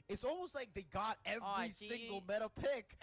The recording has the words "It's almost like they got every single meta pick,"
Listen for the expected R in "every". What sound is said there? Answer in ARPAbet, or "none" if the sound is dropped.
none